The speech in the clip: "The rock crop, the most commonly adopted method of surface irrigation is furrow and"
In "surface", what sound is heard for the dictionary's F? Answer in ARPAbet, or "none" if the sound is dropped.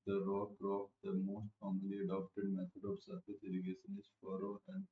none